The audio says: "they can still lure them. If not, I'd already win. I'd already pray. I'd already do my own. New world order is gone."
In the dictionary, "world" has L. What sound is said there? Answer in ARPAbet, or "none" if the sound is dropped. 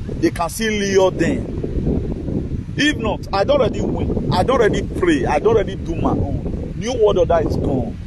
none